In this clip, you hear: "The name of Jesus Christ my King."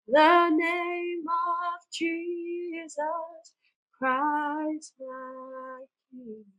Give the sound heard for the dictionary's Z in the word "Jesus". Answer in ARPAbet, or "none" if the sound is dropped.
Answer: Z